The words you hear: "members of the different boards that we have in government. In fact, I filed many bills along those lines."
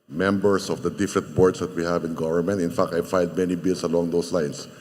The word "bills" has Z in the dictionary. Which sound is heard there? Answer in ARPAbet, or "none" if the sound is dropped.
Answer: S